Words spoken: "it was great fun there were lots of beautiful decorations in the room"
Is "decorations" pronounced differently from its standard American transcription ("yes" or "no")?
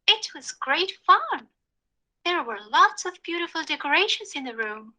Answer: yes